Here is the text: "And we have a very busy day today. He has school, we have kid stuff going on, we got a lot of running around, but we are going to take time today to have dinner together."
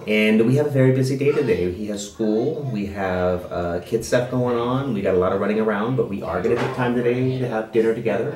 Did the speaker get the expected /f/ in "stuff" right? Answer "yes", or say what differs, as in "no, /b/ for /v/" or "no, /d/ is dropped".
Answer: no, /p/ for /f/